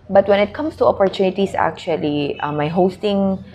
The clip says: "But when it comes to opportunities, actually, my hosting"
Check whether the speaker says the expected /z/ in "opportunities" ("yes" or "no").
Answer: no